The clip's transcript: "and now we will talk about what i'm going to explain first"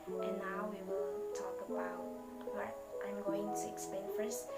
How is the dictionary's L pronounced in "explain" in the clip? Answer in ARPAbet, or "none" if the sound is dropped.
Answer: none